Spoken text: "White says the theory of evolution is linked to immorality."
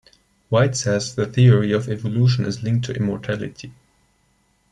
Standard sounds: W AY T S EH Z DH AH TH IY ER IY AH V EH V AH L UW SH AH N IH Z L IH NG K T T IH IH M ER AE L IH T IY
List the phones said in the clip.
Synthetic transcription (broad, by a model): W AY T S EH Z DH AH TH IY ER IY AH V EH V AH L UW SH AH N IH Z L IH NG K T T IH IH M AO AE L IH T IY